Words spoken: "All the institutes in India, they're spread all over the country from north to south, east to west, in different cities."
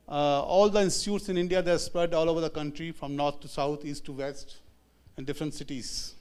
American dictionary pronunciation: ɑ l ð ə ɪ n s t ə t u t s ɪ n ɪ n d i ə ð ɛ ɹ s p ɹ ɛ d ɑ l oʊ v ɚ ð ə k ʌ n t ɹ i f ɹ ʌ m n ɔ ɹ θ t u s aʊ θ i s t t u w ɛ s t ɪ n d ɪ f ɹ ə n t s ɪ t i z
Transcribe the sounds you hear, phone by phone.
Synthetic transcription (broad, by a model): ɑ l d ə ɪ n s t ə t u t s ɪ n ɪ n d i ə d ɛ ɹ s p ɹ ɛ d ɑ l oʊ v ɚ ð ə k ʌ n t ɹ i f ɹ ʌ m n ɔ ɹ t t u s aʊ t i s t t u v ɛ s t ɪ n d ɪ f ɹ ə n t s ɪ t i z